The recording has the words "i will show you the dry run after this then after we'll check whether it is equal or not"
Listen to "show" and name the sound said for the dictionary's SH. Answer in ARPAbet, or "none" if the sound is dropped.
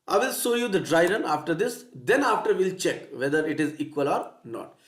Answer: S